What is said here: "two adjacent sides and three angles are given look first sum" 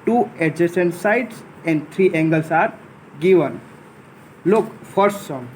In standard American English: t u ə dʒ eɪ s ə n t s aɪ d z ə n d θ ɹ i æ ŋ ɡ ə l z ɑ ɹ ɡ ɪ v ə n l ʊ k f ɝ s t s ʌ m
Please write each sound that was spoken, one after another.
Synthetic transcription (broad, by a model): t u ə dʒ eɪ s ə n s aɪ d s ə n d t ɹ i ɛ ŋ ɡ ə l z ɑ ɹ ɡ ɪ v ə n l ʊ k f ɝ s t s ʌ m